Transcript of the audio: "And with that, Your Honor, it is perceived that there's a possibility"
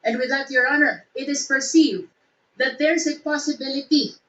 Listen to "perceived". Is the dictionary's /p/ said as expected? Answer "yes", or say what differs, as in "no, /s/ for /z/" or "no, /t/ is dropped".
yes